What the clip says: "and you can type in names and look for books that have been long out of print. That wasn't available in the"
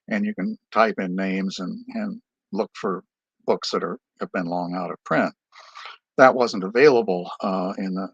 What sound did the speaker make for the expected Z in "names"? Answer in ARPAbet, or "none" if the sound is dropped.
Z